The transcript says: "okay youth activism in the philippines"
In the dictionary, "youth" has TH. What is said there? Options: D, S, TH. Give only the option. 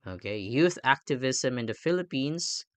TH